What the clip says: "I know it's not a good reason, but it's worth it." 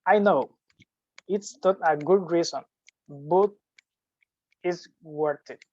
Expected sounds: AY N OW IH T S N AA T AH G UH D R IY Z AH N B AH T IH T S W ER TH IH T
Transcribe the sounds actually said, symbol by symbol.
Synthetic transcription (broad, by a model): AY N OW IH T S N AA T AH G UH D R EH S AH N B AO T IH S W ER T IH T